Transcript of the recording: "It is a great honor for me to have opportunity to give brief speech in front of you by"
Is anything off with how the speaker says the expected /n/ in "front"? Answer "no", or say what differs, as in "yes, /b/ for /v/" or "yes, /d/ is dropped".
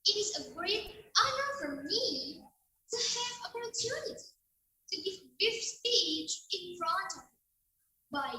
yes, /n/ is dropped